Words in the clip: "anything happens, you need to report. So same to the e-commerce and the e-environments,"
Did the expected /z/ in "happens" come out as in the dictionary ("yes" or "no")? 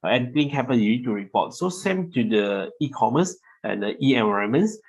no